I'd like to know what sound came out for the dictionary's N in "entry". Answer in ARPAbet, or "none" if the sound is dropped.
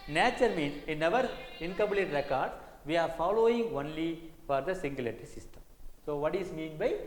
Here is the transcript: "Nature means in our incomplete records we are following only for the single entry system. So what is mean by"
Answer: none